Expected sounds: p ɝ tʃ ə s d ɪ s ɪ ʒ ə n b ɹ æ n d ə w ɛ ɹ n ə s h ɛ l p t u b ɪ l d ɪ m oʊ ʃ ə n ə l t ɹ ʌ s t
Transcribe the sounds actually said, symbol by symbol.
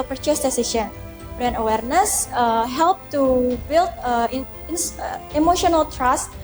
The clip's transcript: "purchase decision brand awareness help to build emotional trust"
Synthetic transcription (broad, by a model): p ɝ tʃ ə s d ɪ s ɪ s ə n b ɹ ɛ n ə w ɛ ɹ n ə s h ɛ l p t u b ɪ l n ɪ m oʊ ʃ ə n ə l t ɹ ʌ s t